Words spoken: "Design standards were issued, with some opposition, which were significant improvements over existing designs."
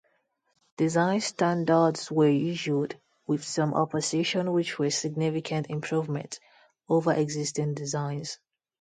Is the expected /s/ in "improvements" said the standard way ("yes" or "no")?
no